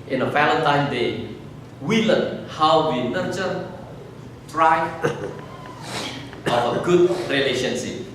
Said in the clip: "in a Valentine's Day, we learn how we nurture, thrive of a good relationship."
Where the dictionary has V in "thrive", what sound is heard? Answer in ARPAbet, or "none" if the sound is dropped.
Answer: none